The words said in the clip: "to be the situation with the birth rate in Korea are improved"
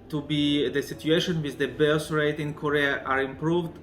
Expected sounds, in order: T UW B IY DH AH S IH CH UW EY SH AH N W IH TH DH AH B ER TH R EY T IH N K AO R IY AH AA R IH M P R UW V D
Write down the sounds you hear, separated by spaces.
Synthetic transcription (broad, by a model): T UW B IY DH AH S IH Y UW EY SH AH N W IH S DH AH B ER S R EY T IH N K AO R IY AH AA R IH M P R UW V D